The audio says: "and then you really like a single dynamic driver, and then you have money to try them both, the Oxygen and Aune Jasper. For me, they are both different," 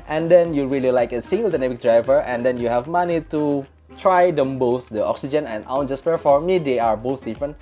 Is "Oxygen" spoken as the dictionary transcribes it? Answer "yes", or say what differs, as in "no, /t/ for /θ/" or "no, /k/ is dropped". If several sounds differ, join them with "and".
yes